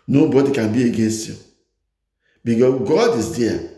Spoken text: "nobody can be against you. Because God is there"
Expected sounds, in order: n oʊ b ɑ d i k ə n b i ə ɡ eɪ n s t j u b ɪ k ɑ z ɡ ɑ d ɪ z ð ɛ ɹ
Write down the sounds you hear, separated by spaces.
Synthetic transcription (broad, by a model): n oʊ b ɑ d i k ə n b i ə ɡ eɪ n s t j u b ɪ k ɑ s ɡ ɑ d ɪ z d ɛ